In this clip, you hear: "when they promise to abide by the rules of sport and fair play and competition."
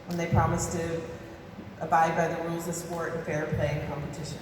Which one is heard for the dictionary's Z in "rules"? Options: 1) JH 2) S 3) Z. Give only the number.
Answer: 3